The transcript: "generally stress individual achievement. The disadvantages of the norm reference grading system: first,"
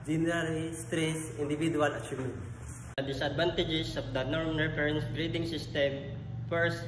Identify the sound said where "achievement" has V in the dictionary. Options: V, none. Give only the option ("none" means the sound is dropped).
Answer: none